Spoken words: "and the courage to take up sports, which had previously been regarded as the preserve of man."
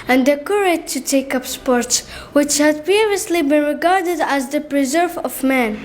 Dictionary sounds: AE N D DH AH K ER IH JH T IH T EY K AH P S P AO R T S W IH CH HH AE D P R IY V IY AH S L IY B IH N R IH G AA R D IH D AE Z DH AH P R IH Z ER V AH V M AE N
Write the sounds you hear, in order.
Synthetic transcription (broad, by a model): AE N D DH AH K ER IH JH T IH T EY K AH P S P AO R T S W IH CH HH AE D P IY V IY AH S L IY B IH N R IH G AA R D IH D AE Z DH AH P R IH Z ER V AH V M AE N